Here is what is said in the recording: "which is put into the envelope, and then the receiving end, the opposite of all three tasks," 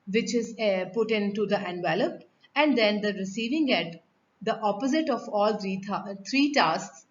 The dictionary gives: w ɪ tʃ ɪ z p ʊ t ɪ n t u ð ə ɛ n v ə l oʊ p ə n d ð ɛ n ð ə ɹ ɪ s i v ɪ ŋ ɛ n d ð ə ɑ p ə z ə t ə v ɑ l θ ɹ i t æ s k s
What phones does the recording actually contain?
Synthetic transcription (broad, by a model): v ɪ tʃ ɪ z p ʊ t ɪ n t u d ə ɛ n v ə l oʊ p ə n d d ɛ n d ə ɹ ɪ s i v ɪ ŋ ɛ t d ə ɑ p ə z ə t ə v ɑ l t ɹ i t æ s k s